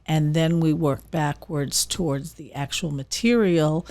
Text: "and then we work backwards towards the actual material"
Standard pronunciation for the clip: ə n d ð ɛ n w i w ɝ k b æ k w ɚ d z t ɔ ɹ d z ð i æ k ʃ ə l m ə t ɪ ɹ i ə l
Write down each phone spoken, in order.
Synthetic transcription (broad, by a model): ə n ð ɛ n w i w ɝ k b æ k w ɚ d z t ɔ ɹ d z ð i æ k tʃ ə l m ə t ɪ ɹ i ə l